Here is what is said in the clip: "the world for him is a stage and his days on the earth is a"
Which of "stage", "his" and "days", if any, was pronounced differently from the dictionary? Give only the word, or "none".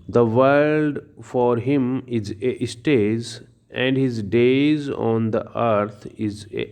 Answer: stage